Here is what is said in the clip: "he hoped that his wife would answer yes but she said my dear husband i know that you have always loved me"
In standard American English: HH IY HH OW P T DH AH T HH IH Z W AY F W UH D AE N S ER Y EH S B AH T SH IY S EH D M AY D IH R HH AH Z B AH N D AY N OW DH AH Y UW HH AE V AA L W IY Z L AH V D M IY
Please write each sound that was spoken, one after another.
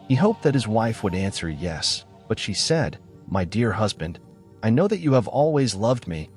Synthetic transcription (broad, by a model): HH IY HH OW P DH AH T HH IH Z W AY F W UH D AE N S ER Y EH S B AH T SH IY S EH D M AY D IH R HH AH Z B AH N D AY N OW DH AH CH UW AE V AA L W IY Z L AH V D M IY